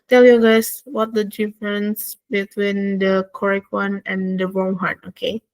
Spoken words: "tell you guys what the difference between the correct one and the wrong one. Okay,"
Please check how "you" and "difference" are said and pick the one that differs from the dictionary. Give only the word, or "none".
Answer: none